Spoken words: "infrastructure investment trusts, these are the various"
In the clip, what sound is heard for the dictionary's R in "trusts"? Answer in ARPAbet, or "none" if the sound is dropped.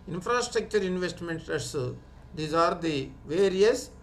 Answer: none